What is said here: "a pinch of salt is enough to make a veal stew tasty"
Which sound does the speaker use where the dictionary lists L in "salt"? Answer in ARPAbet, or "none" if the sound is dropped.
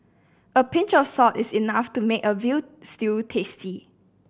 none